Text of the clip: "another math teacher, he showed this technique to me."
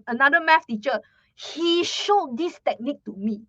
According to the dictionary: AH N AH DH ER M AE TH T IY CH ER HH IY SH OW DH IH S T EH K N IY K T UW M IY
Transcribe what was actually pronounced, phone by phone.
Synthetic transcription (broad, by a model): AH N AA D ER M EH F T IY CH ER HH IY SH OW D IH S T EH K N IY K T UW M IY